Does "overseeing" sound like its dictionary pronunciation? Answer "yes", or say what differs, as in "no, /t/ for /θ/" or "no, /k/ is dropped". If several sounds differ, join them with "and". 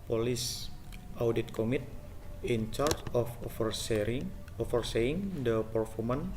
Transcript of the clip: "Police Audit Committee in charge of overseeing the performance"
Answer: no, /f/ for /v/